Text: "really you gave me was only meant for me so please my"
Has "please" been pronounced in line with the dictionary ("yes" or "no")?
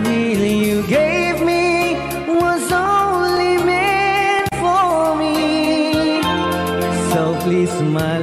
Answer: no